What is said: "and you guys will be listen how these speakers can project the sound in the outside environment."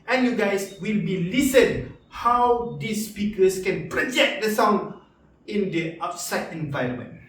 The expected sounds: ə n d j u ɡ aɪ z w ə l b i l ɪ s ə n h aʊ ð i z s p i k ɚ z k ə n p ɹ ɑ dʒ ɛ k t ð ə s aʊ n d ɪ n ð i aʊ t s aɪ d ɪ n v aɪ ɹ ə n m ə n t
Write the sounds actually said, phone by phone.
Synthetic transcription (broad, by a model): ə n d j u ɡ aɪ s w ə l b i l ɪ s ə n h aʊ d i s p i k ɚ s k ə n p ɹ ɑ dʒ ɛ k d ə s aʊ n ɪ n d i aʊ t s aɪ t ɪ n v aɪ ɹ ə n m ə n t